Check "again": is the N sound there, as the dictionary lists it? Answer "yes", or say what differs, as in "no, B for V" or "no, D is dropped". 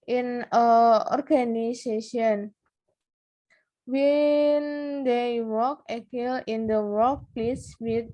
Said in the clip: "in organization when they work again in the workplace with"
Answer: no, L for N